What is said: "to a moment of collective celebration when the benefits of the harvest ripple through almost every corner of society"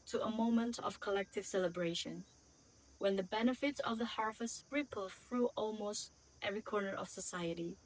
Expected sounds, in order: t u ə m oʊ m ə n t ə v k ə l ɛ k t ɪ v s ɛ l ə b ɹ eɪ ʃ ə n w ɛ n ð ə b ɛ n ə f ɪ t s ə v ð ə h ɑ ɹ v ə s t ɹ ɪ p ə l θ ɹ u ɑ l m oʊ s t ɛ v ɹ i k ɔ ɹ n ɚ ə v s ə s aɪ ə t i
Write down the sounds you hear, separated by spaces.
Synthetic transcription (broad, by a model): t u ə m oʊ m ə n t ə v k ə l ɛ k t ɪ v s ɛ l ə b ɹ eɪ ʃ ə n w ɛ n ð ə b ɛ n ə f ɪ t s ə v ð ə h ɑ ɹ f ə s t ɹ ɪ p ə l f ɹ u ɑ l m oʊ s t ɛ v ɹ i k ɔ ɹ n ɚ ə v s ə s aɪ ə t i